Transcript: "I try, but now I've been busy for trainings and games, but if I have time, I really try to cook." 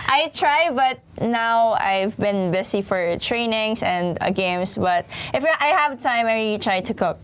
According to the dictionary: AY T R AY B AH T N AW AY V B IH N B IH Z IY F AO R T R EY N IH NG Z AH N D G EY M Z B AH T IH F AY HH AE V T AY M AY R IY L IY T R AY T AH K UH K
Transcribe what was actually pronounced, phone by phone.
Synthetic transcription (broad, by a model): AY T R AY B AH T N AW AY V B IH N B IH S IY F AO R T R EY N IH NG S AH N D G EY M S B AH T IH F AY HH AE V T AY M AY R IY IY T R AY T AH K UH K